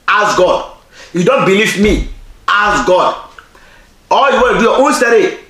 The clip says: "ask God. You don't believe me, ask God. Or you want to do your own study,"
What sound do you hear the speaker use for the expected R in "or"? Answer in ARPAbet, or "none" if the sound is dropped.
L